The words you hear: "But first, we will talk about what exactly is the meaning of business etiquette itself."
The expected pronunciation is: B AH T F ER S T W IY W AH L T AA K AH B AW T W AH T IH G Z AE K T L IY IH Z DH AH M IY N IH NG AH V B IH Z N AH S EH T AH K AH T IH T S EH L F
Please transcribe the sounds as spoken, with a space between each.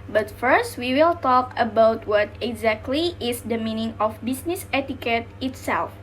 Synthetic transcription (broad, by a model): B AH T F ER S T W IY W AH L T AA K AH B AW T W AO T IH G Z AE K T L IY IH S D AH M IY N IH NG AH F B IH S N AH S EH T AH K AH T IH T S EH L F